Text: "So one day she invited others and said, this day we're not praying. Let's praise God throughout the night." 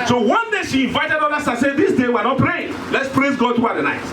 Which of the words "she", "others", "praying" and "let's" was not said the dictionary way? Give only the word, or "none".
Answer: others